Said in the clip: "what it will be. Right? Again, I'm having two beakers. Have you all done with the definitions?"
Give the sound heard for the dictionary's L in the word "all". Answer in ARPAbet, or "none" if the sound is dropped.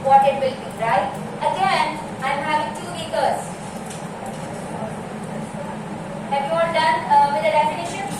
N